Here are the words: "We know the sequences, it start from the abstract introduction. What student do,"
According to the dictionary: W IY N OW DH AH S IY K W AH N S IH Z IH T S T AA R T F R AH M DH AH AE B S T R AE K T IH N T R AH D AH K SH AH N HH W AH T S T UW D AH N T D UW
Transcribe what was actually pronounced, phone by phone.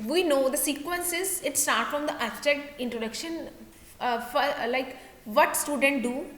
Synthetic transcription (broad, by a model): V IY N OW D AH S IY K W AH N S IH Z IH T S T AA R T F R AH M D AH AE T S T EH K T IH N T R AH D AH K SH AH N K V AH T S T UW D AH N T D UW